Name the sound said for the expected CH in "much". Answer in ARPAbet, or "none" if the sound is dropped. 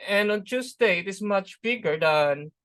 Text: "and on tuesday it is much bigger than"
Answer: CH